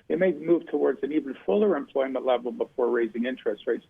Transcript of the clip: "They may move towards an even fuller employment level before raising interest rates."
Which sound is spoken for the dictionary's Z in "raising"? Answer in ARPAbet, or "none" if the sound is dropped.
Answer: Z